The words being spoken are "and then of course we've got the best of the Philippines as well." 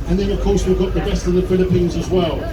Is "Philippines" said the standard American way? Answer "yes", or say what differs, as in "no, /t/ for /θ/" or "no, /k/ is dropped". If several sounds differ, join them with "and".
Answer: yes